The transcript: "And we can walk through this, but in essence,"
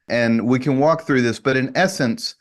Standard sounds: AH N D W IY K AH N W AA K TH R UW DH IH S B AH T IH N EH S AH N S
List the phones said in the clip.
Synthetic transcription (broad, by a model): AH N W IY K AH N W AA K TH R UW DH IH S B AH T IH N EH S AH N S